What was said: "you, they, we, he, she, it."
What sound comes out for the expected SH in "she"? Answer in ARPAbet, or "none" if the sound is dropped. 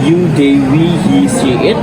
S